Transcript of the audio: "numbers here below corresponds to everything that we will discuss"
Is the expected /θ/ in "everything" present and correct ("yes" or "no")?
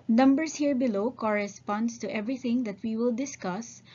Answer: no